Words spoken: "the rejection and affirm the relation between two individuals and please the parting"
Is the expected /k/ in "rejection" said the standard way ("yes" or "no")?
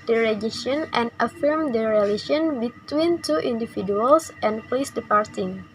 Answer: no